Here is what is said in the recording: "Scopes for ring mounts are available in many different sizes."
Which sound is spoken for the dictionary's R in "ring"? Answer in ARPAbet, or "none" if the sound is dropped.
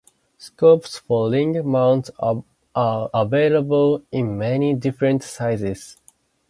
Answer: L